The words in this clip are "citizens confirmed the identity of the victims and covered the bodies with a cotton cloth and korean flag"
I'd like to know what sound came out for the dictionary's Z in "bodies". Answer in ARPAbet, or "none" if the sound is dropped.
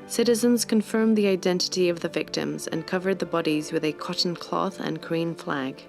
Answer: Z